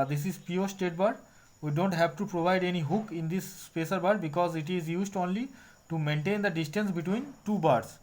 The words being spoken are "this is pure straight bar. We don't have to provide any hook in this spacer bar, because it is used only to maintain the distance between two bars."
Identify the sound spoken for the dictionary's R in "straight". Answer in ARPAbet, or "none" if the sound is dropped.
none